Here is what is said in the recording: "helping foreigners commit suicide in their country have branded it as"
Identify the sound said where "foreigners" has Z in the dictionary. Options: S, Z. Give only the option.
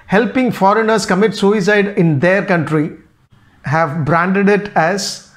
S